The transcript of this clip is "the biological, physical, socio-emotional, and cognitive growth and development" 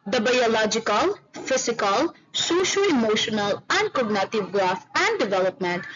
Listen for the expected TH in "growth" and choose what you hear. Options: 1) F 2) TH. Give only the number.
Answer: 1